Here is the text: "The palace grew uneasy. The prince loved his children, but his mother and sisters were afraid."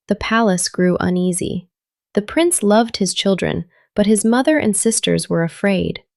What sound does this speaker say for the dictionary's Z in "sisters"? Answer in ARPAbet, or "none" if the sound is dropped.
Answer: Z